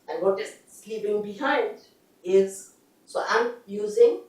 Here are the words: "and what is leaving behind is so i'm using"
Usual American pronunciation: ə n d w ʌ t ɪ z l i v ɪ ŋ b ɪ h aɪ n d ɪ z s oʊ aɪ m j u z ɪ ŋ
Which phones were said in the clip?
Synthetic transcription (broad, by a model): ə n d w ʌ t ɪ s l i p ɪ ŋ b ɪ h aɪ n d ɪ z s oʊ aɪ m j u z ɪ ŋ